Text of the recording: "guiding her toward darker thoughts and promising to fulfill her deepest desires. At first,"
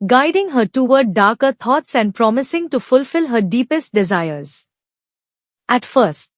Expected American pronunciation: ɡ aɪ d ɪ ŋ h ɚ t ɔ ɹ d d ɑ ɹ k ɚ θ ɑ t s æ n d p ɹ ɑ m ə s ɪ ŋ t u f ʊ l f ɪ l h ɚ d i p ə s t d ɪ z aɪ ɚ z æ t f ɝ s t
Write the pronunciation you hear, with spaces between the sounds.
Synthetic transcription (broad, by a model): ɡ aɪ d ɪ ŋ h ɚ t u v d d ɑ ɹ k ɚ t ɑ t s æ n d p ɹ ɑ m ə s ɪ ŋ t u f ʊ l f ɪ l h ɚ d i p ə s t d ɪ z aɪ ɚ z æ t f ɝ s t